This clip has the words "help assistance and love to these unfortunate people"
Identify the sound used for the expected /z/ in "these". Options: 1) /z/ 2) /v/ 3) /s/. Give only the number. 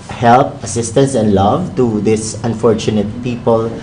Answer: 3